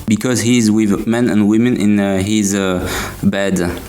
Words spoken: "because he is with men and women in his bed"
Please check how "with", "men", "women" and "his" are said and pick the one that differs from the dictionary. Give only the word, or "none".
none